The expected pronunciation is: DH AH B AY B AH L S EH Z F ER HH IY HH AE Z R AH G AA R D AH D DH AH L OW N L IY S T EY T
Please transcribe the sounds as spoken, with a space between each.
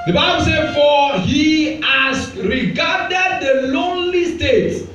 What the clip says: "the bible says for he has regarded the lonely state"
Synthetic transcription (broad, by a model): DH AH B AY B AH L S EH F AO HH IY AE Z R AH G AA D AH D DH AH L OW N L IY S T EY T